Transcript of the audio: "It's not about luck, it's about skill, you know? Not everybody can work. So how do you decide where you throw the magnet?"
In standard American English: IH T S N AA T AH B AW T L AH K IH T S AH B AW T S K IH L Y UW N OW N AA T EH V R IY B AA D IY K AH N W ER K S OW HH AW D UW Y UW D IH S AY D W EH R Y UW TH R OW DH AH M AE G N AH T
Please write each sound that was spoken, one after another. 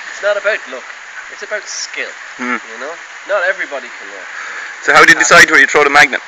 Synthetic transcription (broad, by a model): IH T S N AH T AH B AW T L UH K IH T S AH B AW T S K IH L Y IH N OW N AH T EH V R IY B AA D IY K AH N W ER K S OW HH AW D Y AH D IH S AY D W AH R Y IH T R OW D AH M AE G N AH T